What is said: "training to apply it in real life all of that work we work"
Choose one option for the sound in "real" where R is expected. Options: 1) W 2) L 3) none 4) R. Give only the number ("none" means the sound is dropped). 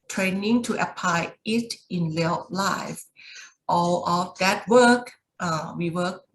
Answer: 2